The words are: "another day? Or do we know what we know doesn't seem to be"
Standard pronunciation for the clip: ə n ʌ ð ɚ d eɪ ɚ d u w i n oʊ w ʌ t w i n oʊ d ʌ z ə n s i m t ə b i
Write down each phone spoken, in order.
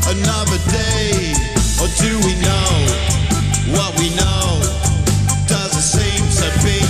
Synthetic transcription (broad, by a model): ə n ʌ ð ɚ d eɪ ɚ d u w i n oʊ w ʌ t w i n oʊ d ʌ z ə s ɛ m s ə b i